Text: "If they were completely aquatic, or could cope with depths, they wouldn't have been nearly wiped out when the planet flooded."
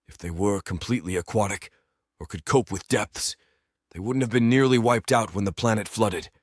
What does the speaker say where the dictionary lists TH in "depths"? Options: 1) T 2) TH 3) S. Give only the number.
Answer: 2